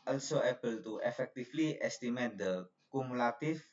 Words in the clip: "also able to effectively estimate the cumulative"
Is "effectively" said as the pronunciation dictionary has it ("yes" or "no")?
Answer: no